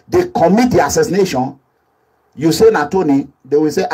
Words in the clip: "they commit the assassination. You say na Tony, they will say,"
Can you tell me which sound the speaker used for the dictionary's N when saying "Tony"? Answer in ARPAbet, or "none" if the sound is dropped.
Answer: N